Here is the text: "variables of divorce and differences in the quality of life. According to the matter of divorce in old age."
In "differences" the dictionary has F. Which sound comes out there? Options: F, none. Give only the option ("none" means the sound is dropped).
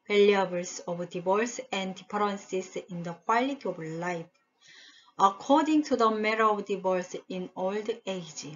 none